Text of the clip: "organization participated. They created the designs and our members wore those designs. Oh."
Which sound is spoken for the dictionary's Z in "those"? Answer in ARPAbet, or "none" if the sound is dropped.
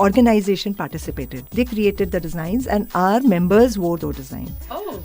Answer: none